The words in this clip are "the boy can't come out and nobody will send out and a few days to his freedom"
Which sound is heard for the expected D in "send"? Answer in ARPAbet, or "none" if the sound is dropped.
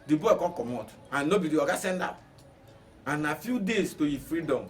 D